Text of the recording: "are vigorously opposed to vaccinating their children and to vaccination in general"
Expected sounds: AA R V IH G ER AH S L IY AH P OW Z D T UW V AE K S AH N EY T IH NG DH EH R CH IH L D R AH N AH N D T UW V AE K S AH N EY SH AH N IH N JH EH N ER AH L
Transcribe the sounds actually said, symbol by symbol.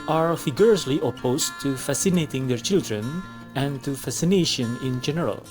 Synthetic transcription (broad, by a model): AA R F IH G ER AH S L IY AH P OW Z T UW F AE S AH N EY T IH NG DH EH R CH IH L D R AH N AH N T UW F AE S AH N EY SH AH N IH N JH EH N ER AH L